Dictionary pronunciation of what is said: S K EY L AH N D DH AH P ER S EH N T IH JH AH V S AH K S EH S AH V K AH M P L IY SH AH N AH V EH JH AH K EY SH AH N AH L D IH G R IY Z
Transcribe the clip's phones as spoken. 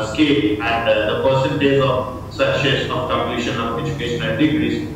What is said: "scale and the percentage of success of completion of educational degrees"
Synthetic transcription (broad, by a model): S K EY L AH N D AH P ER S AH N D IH Z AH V S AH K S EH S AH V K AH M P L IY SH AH N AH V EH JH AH K EY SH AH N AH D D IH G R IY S